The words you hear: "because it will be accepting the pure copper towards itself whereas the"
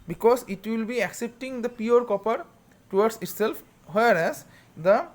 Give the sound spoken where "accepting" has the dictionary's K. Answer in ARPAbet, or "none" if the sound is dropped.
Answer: K